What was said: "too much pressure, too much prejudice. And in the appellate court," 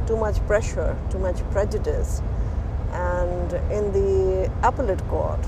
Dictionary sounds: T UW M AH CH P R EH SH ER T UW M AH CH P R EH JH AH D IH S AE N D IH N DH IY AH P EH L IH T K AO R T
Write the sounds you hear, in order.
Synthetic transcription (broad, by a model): T UW M AH CH P R EH SH ER T UW M AH CH P R EH JH AH D IH S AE N D IH N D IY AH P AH L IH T K AO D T